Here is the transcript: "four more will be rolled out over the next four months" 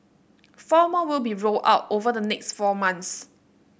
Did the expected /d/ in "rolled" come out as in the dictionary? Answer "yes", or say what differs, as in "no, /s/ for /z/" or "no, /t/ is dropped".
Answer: no, /d/ is dropped